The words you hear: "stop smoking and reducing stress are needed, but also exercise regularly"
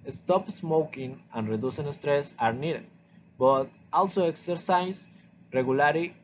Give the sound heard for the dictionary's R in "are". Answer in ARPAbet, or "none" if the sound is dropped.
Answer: R